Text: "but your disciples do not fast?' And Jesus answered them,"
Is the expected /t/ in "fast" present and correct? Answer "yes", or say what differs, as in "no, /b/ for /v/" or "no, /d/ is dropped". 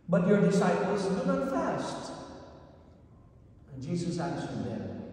yes